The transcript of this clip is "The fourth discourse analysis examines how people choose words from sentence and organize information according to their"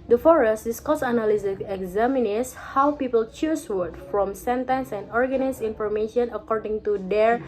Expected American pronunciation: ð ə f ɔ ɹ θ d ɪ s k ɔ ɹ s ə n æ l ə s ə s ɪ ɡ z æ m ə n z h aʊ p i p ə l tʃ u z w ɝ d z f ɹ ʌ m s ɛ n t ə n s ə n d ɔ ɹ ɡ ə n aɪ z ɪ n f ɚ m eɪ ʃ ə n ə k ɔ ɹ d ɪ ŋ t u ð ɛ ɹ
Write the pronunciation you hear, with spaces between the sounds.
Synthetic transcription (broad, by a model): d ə f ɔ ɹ s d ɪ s k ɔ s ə n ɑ l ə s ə ɪ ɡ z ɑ m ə n s h aʊ p i p ə l tʃ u s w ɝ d f ɹ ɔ m s ɛ n t ə n s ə n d ɔ ɹ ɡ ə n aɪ s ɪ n f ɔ m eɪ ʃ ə n ə k ɔ ɹ d ɪ ŋ t u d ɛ ɹ